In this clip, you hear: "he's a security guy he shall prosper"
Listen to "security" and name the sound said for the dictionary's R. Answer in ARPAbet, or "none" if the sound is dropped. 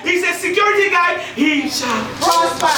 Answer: R